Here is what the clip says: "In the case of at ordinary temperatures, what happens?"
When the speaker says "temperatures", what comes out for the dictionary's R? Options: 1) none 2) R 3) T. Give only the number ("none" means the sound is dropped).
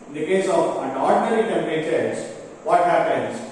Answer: 1